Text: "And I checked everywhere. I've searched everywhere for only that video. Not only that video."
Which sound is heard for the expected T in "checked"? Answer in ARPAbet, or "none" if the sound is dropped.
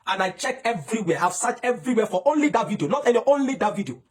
none